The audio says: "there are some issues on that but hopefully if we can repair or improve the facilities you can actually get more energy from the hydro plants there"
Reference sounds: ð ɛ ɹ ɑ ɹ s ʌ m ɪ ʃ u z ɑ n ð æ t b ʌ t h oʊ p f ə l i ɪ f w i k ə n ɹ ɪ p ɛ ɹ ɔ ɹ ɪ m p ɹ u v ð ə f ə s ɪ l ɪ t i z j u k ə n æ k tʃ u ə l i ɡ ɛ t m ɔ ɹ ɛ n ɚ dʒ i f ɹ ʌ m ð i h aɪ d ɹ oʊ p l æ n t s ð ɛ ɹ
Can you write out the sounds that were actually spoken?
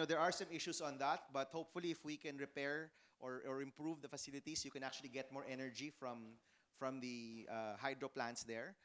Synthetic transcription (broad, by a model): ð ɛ ɹ ɑ ɹ s ʌ m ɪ ʃ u s ɑ n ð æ t b ʌ t h oʊ p f ə l i ɪ f w i k ə n ɹ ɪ p ɛ ɹ ɔ ɹ ɪ m p ɹ u v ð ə f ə s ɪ l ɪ t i s j u k ə n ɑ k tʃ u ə l i ɡ ɛ t m ɔ ɹ ɛ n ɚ dʒ i f ɹ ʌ m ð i h aɪ d ɹ oʊ p l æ n t s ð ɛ ɹ